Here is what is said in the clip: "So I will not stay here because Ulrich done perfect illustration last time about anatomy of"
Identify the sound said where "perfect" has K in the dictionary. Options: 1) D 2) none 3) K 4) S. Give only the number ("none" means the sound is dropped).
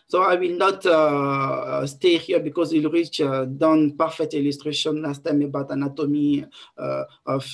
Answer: 2